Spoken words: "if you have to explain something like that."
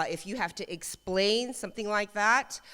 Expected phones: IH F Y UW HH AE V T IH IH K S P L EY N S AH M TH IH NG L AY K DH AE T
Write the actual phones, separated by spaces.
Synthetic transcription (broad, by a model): IH F Y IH HH AE F T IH IH K S P L EY N S AH M TH IH NG L AY K DH AE T